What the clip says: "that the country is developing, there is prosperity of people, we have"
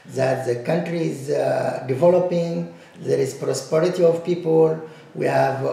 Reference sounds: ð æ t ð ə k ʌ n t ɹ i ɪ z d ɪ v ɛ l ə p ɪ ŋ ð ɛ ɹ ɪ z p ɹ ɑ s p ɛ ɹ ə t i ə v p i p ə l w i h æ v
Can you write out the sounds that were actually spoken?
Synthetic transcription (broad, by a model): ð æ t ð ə k ʌ n t ɹ i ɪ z d ɪ v ɛ l ə p ɪ ŋ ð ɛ ɹ ɪ z p ɹ ɑ s p ɛ ɹ ə t i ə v p i p ə l w i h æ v